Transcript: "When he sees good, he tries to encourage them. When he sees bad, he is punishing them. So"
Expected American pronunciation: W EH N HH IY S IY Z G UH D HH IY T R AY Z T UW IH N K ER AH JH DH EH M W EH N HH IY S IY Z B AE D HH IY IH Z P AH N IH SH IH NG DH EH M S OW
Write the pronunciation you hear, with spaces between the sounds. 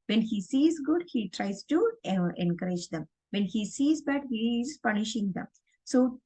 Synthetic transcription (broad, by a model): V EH N HH IY S IY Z G UH D HH IY T R AY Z T UW IH N K ER AH JH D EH M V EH N HH IY S IY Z B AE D HH IY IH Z P AH N IH SH IH NG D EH M S OW